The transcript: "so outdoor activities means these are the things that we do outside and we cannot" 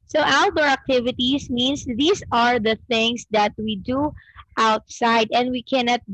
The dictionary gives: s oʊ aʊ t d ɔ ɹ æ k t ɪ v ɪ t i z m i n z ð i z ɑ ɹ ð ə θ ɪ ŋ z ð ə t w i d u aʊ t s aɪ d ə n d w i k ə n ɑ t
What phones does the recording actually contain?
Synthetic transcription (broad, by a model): s oʊ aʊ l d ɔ ɹ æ k t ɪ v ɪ t i s m i n s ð i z ɑ ɹ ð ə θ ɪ ŋ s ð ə t w i d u aʊ t s aɪ d ə n d w i k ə n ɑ t